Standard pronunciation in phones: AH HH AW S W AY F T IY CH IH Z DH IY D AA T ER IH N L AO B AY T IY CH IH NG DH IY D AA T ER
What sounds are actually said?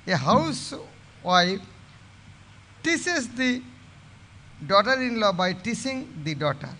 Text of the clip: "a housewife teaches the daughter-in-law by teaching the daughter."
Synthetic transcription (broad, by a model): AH HH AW S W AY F T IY S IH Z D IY D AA T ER IH N L AO B AY T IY S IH NG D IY D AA T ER